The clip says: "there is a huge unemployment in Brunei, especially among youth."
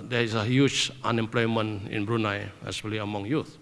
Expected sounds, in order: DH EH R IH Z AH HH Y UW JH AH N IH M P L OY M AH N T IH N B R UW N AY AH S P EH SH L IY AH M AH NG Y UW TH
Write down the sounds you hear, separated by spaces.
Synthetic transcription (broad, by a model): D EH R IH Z AH HH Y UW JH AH N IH M P L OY M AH N IH N B R UW N AY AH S EH L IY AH M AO NG Y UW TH